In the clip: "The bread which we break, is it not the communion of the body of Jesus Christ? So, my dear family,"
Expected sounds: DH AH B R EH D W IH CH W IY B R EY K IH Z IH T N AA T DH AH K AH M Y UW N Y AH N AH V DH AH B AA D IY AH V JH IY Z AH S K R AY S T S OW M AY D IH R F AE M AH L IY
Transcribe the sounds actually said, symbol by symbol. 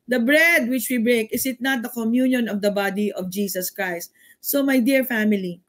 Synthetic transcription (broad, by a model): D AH B R EH D W IH CH W IY B R EY K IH S IH T N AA T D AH K AH M Y UW N Y AH N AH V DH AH B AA D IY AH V JH IY S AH S K R AY S T S OW M AY D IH R F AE M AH L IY